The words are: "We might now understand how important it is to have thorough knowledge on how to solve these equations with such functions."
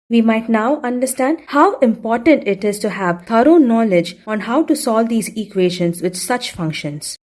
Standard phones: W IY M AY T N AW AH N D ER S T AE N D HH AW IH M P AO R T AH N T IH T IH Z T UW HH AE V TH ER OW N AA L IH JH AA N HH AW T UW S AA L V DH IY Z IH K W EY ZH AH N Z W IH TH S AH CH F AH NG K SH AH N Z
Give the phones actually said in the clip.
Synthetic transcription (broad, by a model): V IY M AY T N AW AH N D ER S T AE N D HH AW IH M P AO R T AH N T IH T IH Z T UW HH AE V T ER OW N AA L IH JH AA N HH AW T UW S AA L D IY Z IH K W EY SH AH N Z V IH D S AH CH F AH NG K SH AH N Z